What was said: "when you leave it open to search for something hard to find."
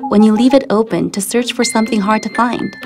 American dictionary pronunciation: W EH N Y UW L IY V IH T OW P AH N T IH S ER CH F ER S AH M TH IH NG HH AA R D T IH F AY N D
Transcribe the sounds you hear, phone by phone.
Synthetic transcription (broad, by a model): W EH N Y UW L IY V IH T OW P AH N T IH S ER CH F ER S AH M TH IH NG HH AA R D T IH F AY N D